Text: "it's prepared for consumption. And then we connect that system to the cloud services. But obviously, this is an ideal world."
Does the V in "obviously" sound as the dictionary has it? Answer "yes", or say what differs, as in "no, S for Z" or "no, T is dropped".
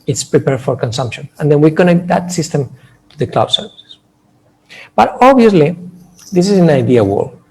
no, V is dropped